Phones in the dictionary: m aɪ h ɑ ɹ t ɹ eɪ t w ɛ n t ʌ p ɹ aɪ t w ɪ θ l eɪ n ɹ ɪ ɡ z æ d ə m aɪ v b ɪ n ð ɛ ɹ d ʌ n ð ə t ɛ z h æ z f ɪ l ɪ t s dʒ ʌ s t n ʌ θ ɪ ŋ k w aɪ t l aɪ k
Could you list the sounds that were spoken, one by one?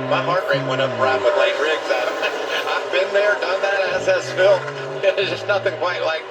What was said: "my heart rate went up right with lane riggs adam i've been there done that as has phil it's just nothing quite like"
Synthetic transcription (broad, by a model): m aɪ h ɑ ɹ t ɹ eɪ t w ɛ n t ʌ p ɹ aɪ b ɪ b l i ɹ ɪ ɡ z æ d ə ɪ v b ɪ n ð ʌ ɹ d ʌ n ð ə t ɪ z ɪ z f ɪ l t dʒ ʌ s n ʌ θ ɪ ŋ k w aɪ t l aɪ k